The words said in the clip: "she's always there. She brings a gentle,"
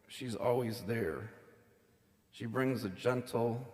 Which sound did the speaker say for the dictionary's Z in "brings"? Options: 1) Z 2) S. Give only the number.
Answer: 1